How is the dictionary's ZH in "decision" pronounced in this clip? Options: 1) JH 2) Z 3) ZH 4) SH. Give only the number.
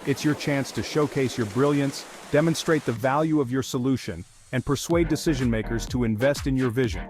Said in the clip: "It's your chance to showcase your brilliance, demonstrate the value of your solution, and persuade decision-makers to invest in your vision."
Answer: 3